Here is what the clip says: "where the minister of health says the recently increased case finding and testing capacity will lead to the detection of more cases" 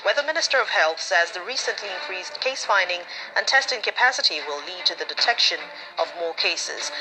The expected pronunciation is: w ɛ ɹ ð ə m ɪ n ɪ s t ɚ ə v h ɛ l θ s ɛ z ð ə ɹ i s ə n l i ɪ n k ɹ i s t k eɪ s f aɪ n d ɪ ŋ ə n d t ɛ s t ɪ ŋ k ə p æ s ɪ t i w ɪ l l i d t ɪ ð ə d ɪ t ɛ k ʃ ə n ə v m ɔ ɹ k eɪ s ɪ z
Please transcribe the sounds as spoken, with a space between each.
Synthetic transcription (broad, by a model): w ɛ ð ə m ɪ n ɪ s t ɚ ə v h ɛ l θ s ɛ z ð ə ɹ i s ə n l i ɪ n k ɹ i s k eɪ s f aɪ n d ɪ ŋ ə n t ɛ s t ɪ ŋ k ə p æ s ɪ t i w ɪ l l i d t ɪ ð ə d ɪ t ɛ k ʃ ə n ə v m ɔ ɹ k eɪ s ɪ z